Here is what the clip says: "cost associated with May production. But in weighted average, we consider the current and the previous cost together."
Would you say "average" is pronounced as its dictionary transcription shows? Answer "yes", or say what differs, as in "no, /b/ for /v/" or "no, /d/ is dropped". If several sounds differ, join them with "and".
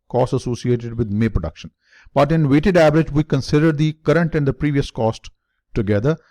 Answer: yes